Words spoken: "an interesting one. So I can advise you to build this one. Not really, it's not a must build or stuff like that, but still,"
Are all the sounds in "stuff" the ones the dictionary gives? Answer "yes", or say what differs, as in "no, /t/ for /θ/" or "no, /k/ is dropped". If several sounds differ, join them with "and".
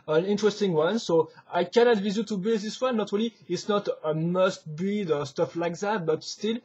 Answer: yes